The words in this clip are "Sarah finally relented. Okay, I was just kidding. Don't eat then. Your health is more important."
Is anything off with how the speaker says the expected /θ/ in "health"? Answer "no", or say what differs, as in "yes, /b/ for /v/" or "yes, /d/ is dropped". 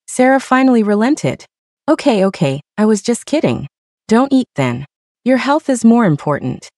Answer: no